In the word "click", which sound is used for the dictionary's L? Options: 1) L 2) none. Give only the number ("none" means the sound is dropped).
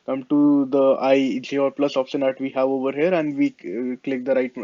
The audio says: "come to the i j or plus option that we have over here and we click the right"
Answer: 1